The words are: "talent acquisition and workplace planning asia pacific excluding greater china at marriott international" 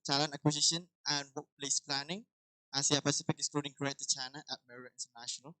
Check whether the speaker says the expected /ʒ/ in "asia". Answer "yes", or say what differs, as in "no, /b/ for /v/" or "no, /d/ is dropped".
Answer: no, /s/ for /ʒ/